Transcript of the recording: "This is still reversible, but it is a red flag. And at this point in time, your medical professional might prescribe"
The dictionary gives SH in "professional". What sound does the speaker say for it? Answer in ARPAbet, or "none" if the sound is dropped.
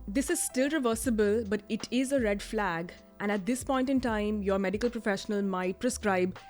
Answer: SH